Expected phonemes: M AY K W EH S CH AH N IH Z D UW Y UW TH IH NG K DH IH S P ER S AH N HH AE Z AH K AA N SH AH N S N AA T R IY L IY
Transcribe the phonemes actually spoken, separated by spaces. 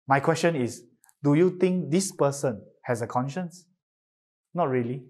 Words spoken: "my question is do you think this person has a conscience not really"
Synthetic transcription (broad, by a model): M AY K W EH S CH AH N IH S D UW Y UW T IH NG K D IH S P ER S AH N HH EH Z AH K AA N SH AH N S N AA T R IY L IY